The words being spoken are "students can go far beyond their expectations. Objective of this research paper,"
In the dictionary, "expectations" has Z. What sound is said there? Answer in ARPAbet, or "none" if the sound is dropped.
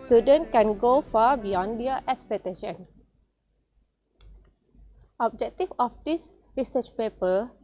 none